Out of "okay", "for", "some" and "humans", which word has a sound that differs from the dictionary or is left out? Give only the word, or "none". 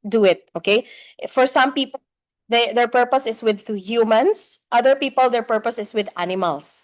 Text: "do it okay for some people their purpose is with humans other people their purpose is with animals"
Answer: humans